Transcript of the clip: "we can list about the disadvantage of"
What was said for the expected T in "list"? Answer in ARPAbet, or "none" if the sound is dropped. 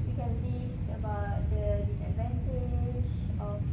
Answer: none